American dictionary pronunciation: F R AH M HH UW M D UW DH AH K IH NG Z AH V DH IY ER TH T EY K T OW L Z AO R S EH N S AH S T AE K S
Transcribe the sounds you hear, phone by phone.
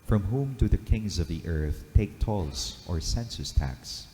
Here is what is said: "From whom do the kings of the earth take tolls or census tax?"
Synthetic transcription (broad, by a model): F R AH M HH UW M D UW DH AH K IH NG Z AH V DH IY ER TH T EY K T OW L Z AO R S EH N S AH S T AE K S